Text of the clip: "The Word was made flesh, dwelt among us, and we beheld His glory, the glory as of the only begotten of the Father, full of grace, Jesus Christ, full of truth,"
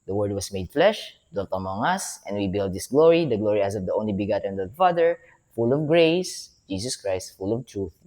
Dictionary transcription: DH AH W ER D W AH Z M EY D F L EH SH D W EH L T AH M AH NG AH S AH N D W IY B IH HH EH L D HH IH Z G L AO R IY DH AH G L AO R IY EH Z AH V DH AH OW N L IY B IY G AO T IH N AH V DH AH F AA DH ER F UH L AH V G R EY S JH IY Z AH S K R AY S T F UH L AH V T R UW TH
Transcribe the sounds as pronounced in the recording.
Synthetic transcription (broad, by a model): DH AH W ER D W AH S M EY D F L EH SH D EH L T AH M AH NG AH S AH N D W IY B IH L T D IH S G L AO R IY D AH G L AO R IY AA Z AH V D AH OW N L IY B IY G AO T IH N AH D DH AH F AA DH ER F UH L AH V G R EY S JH IY S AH S K R AY S T F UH L AH V T R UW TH